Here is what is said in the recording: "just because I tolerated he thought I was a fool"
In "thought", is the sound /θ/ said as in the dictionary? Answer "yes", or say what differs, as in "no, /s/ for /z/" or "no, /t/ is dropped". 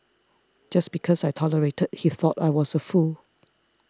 yes